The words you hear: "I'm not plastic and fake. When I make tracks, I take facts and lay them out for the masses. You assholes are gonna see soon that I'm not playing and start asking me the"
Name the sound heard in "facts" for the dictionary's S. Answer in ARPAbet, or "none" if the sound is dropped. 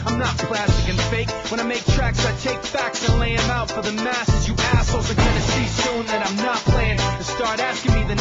S